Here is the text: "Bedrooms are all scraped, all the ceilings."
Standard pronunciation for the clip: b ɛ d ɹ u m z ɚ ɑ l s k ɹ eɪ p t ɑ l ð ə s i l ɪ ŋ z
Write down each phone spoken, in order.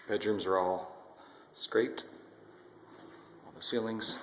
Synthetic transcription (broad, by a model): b ɛ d ɹ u m z ɚ ɑ l s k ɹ eɪ t ɑ l ð ə s i l ɪ ŋ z